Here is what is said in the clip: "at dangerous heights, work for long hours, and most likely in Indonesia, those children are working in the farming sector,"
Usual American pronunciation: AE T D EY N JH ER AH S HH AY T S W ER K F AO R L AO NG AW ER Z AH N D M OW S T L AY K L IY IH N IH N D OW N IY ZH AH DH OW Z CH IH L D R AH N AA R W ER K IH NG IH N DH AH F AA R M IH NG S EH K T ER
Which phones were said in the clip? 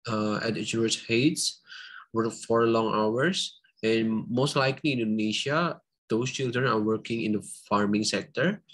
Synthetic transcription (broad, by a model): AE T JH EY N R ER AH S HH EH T S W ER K F AO R L AO NG AW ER S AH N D M OW S T L AY K L IY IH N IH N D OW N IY SH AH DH OW S CH IH L D R AH N AA R W ER K IH NG IH N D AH F AA R M IH NG S EH K T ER